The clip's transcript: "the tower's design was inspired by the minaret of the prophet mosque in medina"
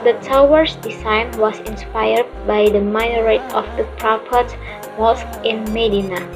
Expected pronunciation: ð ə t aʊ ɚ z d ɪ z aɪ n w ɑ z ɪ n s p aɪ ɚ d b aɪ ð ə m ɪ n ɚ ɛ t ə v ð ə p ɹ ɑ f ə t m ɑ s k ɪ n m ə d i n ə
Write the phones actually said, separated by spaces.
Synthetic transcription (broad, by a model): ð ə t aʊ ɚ s d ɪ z aɪ n w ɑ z ɪ n s p aɪ ɚ d b aɪ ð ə m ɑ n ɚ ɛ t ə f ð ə p ɹ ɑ p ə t m ɑ s k ɪ n m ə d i n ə